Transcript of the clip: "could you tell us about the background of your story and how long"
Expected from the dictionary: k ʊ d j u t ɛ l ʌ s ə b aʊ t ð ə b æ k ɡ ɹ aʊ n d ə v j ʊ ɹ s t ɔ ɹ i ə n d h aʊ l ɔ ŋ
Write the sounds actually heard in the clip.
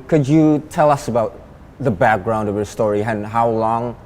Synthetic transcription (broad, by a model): k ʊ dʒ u t ɛ l ʌ s ə b aʊ t ð ə b æ k ɡ ɹ aʊ n d ə v j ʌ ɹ s t ɔ ɹ i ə n h aʊ l ɔ ŋ